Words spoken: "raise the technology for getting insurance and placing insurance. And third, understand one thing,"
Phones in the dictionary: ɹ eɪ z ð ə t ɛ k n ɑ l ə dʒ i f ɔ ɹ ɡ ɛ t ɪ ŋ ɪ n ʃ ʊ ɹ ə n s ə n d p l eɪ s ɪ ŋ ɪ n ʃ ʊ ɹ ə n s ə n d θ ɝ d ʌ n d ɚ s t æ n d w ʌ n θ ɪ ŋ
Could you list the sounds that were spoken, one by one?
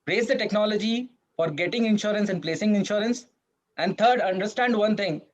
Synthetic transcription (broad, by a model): ɹ eɪ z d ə t ɛ k n ɑ l ə dʒ i f ɔ ɹ ɡ ɛ t ɪ ŋ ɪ n ʃ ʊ ɹ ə n s ə n d p l eɪ s ɪ ŋ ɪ n ʃ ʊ ɹ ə n s ə n d t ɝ d ʌ n d ɚ s t æ n d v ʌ n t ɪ ŋ